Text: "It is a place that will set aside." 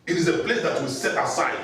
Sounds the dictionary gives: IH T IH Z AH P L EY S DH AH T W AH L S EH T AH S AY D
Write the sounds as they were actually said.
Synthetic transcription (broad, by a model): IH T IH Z AH P L EY S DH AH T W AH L S EH T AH S AY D